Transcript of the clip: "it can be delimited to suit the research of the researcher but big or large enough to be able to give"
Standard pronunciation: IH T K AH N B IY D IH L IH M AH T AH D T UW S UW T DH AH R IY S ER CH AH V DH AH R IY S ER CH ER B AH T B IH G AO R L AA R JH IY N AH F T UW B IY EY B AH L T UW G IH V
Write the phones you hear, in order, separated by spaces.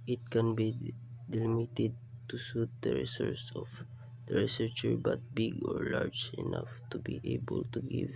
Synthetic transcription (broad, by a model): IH T K AH N B IY D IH L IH M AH T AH D T UW S UW T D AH R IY S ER S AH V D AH R IY S ER CH ER B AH T B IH G AO R L AA R JH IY N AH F T UW B IY EY B AH L T UW G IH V